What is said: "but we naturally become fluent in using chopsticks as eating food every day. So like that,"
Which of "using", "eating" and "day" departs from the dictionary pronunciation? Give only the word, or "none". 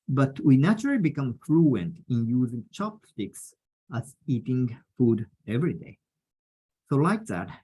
none